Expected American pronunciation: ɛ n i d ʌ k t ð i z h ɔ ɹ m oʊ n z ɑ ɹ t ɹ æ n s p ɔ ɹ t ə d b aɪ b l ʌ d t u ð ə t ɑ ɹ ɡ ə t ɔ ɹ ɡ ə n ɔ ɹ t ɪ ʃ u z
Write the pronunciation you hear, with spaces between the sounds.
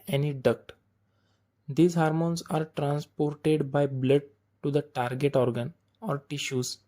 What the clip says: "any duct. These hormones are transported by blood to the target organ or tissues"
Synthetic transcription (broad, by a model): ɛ n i d ʌ k t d i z h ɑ ɹ m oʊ n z ɑ ɹ t ɹ æ n s p ɔ ɹ t ə d b aɪ b l ʌ d t u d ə t ɑ ɹ ɡ ə t ɔ ɹ ɡ ə n ɔ ɹ t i ʃ u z